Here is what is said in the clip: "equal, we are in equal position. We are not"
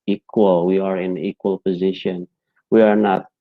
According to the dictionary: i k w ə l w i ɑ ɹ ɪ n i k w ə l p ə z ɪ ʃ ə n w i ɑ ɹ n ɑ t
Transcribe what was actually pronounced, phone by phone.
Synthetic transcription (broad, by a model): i k w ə l w i ɑ ɹ ɪ n i k w ə l p ə z ɪ ʃ ə n w i ɑ ɹ n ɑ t